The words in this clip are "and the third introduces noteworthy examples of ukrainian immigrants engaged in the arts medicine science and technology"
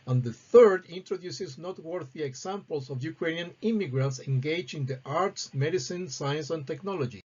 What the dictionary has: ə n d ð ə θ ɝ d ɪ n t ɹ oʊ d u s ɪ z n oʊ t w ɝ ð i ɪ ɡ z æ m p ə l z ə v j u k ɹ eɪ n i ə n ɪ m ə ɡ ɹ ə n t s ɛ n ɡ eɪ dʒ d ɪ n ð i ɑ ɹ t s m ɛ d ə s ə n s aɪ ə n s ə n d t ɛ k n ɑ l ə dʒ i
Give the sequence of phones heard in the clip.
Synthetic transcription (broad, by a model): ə n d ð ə θ ɝ d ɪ n t ɹ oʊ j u s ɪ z n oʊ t w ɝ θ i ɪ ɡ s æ m p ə l s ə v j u k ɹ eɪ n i n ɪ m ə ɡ ɹ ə n t s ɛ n ɡ eɪ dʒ ɪ n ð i ɑ ɹ t s m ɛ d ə s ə n s aɪ ə n s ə n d t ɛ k n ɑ l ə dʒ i